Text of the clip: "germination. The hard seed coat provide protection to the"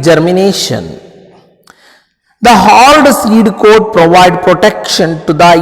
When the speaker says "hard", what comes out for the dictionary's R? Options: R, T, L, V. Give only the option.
L